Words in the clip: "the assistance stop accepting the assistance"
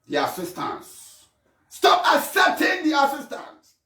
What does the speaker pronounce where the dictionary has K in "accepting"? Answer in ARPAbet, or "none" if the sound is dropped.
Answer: none